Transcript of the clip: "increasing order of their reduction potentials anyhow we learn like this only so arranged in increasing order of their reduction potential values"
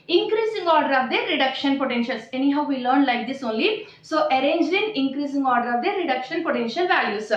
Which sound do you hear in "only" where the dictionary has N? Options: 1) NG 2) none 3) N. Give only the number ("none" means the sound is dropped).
3